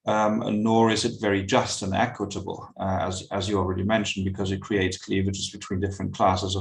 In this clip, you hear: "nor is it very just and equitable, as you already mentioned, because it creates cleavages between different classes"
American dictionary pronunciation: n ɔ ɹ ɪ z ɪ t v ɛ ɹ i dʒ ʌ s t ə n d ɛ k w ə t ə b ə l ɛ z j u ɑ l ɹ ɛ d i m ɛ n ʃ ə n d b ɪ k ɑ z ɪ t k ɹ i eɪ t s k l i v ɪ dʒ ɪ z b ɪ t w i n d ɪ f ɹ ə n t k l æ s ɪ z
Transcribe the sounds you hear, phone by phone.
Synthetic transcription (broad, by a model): n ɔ ɹ ɪ z ɪ t v ɛ ɹ i dʒ ʌ s t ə n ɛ k w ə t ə b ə l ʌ z j ɑ l ɹ ɛ d i m ɛ n ʃ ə n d b ɪ k ɑ z ɪ t k ɹ i eɪ t s k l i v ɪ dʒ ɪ s b ɪ t w i n d ɪ f ɹ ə n k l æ s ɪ z